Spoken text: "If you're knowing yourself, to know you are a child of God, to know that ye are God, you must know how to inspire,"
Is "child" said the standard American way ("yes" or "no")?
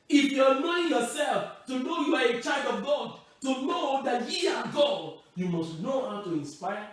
no